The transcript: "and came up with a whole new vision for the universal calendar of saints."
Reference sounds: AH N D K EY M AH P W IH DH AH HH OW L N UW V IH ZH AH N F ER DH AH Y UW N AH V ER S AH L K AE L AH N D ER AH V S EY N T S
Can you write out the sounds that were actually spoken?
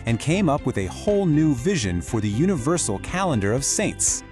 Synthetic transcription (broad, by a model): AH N K EY M AH P W IH DH AH HH OW L N UW V IH ZH AH N F ER DH AH Y UW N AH V ER S L K AE L AH N D ER AH V S EY N T S